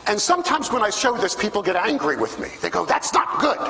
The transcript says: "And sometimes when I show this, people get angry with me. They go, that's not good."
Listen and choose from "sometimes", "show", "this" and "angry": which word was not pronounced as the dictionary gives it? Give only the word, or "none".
none